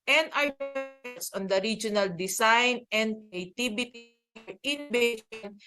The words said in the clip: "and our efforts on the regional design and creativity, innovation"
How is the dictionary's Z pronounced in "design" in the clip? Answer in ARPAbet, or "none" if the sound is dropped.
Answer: S